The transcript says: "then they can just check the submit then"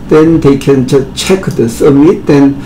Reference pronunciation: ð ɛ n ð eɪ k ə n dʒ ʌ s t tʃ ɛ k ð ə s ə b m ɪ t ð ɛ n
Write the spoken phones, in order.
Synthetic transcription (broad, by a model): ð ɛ n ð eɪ k ə n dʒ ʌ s tʃ ɛ k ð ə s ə m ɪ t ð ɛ n